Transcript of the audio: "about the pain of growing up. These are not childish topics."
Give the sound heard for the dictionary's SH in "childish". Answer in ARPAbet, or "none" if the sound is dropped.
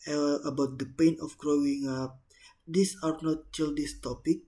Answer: S